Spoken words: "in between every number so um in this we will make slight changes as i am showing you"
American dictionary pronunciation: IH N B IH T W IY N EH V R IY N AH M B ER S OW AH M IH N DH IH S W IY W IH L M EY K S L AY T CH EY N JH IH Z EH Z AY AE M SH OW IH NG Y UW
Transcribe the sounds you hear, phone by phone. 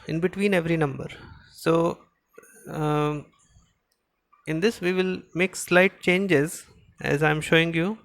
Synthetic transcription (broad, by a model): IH N B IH T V IY N EH V R IY N AH M B ER S OW IH N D IH S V IY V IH L M EY K S L AY T CH EY N JH IH Z EH Z AY M SH OW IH NG Y UW